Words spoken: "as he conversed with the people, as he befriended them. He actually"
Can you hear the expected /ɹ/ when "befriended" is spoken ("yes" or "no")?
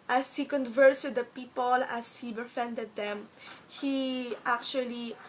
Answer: no